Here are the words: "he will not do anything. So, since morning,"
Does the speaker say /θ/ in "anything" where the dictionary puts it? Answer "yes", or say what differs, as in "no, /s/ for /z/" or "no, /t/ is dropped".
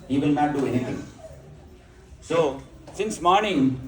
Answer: no, /t/ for /θ/